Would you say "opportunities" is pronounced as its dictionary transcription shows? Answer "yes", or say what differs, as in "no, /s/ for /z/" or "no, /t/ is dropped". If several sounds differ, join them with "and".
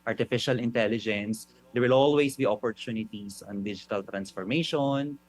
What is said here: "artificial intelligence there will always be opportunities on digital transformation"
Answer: no, /s/ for /z/